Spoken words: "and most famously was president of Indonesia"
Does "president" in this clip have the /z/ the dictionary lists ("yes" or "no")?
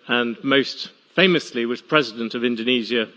yes